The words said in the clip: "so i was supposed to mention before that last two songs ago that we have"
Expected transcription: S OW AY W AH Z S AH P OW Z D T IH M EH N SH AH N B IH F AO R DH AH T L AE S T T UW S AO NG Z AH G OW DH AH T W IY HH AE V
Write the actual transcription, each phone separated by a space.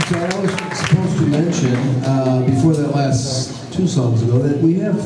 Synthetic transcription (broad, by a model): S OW AY W AH Z S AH P OW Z T IH M EH N SH AH N B IH F AO R DH AH T L AE S T T UW S AO NG Z AH G OW DH AH T W IY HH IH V